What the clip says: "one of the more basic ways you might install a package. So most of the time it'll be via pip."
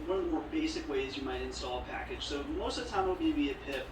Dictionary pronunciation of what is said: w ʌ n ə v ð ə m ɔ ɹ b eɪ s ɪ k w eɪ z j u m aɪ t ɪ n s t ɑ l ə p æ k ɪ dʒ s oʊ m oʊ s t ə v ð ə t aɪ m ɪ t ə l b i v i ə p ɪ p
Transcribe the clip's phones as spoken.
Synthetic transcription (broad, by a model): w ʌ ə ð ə m ɔ ɹ b eɪ s ɪ k w eɪ z j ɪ m aɪ t ɪ n s t ɑ l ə p æ k ɪ dʒ s oʊ m oʊ s t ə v t aɪ m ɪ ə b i b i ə p ɪ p